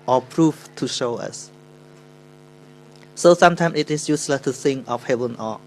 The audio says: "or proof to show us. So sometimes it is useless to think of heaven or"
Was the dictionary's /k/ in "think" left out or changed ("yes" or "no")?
yes